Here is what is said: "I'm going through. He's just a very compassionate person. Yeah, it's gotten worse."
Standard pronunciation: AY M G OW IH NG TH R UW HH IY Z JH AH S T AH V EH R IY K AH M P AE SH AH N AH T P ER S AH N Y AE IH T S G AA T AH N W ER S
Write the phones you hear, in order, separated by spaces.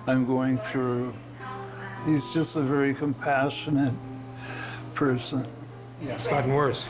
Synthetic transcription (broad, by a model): AY M G OW IH NG TH R UW HH IY Z JH AH S T AH V EH R IY K AH M P AE SH AH N AH T P ER S AH N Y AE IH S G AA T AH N W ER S